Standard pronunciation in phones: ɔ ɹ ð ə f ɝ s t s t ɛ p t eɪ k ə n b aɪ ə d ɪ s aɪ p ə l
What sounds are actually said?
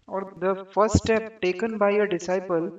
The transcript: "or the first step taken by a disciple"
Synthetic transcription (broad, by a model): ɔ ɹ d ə f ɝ t s t ɛ p t eɪ k ə n b aɪ ə d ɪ s aɪ p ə l